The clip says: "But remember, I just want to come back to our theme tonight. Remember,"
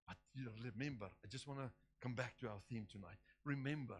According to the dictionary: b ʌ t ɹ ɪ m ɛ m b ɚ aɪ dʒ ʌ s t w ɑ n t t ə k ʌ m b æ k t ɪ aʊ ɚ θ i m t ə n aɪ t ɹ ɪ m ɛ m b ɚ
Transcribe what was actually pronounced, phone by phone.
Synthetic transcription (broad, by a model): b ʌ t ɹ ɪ m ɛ m b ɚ aɪ dʒ ʌ s t w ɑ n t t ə k ʌ m b æ k t ɪ aʊ ɚ θ i m t ə n aɪ t ɹ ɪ m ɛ m b ɚ